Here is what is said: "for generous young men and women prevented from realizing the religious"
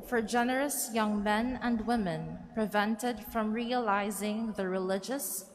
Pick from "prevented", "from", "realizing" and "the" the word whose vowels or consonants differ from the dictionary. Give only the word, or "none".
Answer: none